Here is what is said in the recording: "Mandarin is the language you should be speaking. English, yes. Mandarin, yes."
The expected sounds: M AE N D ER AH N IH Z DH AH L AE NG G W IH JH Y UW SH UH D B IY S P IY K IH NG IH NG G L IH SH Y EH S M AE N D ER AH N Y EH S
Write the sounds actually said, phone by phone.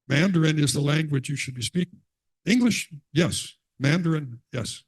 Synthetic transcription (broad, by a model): M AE N D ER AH N IH Z DH AH L AE NG G W IH JH Y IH SH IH D B IY S P IY K IH NG IH NG G L IH SH Y EH S M AE N D ER AH N Y EH S